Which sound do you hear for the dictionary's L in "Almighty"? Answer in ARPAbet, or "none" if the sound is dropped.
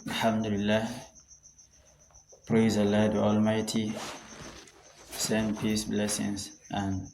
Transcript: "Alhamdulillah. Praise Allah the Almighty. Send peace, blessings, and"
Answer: L